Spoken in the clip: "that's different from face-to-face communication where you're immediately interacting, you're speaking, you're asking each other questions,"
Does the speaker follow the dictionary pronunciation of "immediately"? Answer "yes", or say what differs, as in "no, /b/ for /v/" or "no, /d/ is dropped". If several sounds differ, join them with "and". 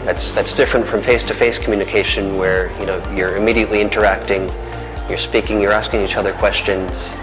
yes